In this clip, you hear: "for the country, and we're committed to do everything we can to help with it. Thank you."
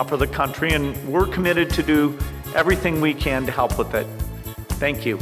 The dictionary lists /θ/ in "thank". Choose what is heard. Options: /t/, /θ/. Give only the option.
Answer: /θ/